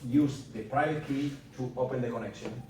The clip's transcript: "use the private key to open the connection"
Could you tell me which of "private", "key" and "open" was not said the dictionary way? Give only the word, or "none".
private